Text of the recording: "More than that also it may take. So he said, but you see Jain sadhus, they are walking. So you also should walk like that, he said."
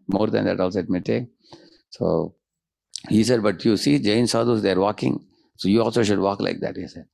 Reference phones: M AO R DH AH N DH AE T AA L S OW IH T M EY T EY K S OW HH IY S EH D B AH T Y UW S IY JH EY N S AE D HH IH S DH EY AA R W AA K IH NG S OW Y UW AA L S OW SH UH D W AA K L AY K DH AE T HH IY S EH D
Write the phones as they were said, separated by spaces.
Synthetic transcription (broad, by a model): M AO R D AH N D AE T AA L S OW IH T M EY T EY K S OW HH IY S EH D B AH T Y UW S IY JH EY N S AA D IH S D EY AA R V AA K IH NG S OW Y UW AA L S OW SH UH D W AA K L AY K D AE T HH IY S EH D